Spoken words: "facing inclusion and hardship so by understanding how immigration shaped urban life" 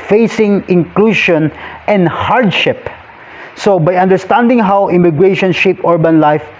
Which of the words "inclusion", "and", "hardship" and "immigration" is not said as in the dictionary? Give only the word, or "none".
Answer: inclusion